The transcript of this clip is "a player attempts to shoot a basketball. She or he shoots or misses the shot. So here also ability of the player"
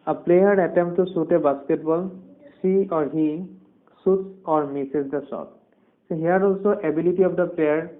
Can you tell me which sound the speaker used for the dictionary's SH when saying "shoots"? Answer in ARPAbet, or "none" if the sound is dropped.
S